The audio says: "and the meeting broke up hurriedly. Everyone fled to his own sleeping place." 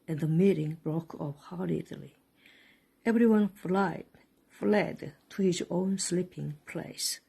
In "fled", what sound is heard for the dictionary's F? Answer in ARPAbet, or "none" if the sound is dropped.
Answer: F